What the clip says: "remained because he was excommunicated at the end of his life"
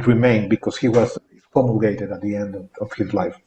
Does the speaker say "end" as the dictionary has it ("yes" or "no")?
yes